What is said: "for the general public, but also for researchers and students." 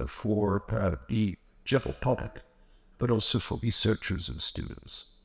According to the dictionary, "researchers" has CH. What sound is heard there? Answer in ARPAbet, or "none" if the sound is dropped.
CH